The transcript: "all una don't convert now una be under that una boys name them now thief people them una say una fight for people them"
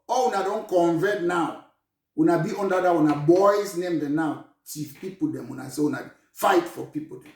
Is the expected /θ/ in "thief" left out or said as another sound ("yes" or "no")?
yes